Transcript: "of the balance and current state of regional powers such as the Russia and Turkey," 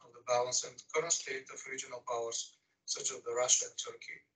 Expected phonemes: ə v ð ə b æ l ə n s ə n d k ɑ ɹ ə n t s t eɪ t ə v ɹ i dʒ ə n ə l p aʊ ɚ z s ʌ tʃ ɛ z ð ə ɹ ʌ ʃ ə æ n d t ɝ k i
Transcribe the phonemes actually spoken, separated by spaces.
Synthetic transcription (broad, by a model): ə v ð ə b æ l ə n s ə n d k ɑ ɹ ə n s t eɪ t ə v ɹ i dʒ ə n ə l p aʊ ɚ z s ʌ tʃ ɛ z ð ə ɹ ʌ ʃ ə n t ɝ k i